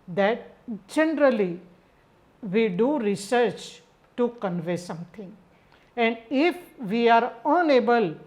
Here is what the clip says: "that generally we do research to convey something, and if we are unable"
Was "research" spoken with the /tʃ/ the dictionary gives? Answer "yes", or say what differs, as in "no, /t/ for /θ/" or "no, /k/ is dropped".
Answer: yes